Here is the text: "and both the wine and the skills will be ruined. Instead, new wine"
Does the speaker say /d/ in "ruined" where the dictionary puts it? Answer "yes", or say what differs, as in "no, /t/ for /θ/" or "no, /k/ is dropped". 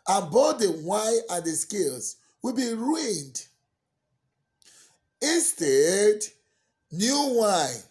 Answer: yes